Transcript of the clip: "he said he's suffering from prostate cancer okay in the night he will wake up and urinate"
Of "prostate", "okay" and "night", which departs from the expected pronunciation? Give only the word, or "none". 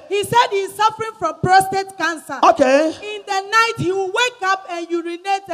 none